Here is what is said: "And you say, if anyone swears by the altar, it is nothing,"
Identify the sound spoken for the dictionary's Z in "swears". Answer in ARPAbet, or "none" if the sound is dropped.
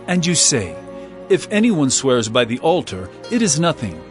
Z